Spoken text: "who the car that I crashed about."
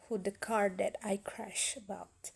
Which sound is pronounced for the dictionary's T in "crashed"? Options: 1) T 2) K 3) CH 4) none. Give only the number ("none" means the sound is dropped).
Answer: 4